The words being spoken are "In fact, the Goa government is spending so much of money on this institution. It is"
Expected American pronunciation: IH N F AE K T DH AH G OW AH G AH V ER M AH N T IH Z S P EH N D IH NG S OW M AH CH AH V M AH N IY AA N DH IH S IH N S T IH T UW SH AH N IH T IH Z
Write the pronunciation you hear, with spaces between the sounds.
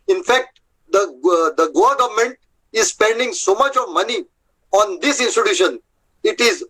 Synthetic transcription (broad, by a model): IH N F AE K T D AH G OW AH G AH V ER M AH N T IH Z S P EH N D IH NG S OW M AH CH AH V M AH N IY AA N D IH S IH N S T IH T UW SH AH N IH T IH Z